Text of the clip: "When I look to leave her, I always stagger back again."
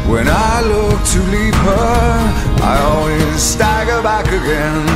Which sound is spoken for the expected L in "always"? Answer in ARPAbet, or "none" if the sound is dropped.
L